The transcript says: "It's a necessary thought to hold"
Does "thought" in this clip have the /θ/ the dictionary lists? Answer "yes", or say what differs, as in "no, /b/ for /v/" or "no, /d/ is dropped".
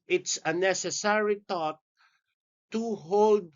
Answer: no, /t/ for /θ/